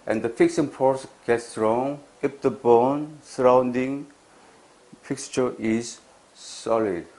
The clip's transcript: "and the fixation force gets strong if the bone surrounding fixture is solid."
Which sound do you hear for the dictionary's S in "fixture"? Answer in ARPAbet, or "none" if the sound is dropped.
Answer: S